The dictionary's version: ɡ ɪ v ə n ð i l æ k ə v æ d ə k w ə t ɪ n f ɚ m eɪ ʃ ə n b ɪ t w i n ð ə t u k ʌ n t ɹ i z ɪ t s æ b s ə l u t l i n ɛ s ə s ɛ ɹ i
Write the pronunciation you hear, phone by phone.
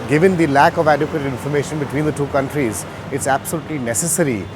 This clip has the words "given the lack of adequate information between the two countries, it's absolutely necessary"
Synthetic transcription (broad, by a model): ɡ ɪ v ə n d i l æ k ə v æ d ə k w ə t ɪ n f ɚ m eɪ ʃ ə n b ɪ t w i n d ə t u k ʌ n t ɹ i z ɪ t s æ b s ə l u t l i n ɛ s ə s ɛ ɹ i